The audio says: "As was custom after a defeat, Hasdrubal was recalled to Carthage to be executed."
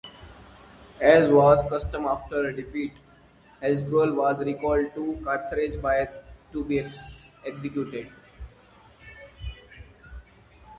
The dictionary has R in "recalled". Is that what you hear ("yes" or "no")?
yes